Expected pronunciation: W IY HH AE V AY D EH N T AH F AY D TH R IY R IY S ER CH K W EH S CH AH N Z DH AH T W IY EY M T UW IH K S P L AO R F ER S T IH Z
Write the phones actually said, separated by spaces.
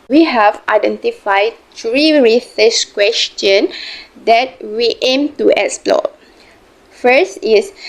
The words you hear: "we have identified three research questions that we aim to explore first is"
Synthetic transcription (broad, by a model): W IY HH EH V AY D EH N T AH F AY D T R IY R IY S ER S K W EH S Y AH N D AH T W IY EY M T UW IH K S P L AO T F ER S T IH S